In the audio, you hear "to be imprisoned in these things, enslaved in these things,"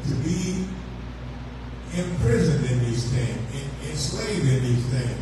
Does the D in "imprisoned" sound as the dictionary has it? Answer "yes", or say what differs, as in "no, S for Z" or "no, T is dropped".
yes